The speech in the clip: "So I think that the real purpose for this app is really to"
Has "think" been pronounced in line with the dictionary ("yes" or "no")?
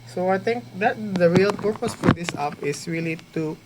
no